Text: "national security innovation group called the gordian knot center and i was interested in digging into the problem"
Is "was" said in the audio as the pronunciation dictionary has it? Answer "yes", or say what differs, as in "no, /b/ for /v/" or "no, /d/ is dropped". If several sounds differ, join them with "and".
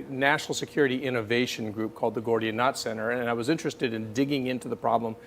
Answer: yes